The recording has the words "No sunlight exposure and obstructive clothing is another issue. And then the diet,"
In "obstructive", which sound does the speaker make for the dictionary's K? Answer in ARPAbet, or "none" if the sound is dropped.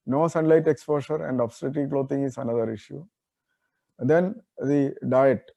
none